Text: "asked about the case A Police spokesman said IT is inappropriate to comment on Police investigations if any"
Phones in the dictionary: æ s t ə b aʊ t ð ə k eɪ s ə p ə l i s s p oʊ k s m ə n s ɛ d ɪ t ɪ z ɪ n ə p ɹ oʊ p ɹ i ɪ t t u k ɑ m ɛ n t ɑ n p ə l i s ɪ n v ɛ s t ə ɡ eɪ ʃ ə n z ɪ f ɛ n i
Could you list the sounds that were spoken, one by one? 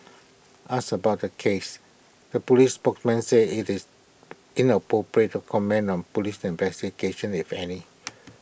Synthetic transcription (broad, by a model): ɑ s ə b aʊ t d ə k eɪ s ə p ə l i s s p oʊ k s m ə n s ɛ ɪ t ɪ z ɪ n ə p ɹ oʊ p ɹ i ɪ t t u k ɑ m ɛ n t ɑ n p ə l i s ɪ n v ɛ s t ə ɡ eɪ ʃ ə n ɪ f ɛ n i